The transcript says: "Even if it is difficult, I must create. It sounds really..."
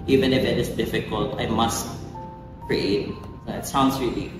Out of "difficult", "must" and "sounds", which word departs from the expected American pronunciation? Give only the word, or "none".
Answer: sounds